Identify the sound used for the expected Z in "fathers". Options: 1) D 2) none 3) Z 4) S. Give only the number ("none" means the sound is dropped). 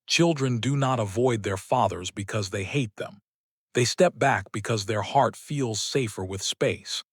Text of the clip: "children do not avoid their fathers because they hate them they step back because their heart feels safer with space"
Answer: 3